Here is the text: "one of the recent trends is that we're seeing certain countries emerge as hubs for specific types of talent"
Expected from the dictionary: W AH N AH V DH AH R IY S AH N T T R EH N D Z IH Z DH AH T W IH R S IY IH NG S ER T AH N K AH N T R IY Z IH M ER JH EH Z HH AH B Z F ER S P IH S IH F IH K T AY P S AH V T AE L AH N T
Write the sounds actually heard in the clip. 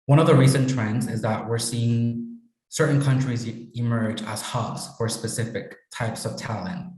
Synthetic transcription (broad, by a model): W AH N AH V DH AH R IY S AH N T T R EH N D Z IH Z DH AH T W IH R S IY IH NG S ER T N K AH N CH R IY Z IH M ER JH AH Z HH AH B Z F ER S P IH S IH F IH K T AY P S AH V T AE L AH N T